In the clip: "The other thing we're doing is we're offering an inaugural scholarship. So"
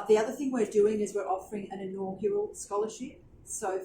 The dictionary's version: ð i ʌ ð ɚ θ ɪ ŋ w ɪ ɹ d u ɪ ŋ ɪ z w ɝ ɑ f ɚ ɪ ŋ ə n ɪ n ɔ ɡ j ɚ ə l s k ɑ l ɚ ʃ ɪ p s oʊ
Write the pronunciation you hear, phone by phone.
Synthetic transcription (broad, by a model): ð i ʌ ð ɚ θ ɪ ŋ w ɪ ɹ d u ɪ ŋ ɪ z w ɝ ɑ f ɚ ɪ ŋ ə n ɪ n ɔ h j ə l s k ɑ l ɚ ʃ ɪ p s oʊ